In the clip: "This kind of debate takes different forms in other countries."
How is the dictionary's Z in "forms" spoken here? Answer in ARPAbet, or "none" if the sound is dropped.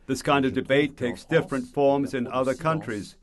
Z